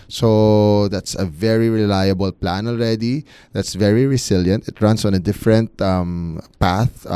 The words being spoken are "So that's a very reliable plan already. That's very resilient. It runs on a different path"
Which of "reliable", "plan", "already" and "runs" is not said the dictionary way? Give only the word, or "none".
runs